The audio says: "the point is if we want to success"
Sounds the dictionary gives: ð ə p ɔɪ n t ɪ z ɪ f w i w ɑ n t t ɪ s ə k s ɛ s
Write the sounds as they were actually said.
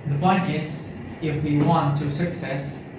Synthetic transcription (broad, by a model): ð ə b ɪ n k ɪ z ɪ f w i w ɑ n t t ɪ s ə k s ɛ s